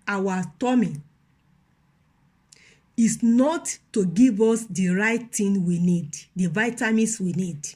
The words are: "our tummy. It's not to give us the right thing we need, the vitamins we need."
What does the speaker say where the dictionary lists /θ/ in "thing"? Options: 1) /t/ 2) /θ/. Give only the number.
1